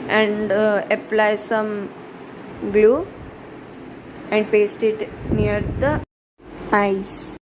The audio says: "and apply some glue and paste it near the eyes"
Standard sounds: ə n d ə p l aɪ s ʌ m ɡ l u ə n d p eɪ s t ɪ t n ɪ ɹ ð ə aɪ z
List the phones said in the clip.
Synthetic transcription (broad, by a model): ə n d ə p l aɪ s ʌ m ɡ l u ə n d p eɪ s t ɪ t n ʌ ɹ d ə aɪ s